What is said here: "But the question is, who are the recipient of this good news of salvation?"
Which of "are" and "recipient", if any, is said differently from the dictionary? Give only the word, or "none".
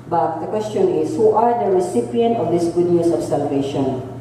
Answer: none